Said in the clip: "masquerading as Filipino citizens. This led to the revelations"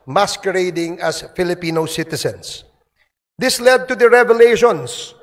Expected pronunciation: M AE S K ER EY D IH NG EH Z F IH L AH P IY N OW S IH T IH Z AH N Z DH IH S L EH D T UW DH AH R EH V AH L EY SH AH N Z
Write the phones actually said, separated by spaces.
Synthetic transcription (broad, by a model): M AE S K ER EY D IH NG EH S F IH L AH P IY N OW S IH T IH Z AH N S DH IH S L EH D T UW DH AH R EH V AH L EY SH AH N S